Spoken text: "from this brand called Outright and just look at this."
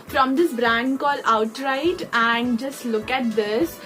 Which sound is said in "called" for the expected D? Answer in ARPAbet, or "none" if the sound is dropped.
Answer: none